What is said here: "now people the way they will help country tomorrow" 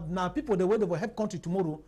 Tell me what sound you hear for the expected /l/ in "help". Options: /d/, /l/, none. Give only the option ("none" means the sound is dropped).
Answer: none